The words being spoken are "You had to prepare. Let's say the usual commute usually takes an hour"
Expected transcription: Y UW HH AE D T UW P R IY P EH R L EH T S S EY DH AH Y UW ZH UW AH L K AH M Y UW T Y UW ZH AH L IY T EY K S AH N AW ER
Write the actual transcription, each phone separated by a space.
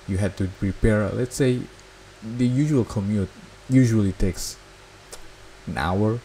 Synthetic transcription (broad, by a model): Y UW HH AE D T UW P R IY P EH R L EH T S S EY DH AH Y UW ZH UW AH L K AH M Y UW T Y UW ZH AH L IY T EY K S AH N AW ER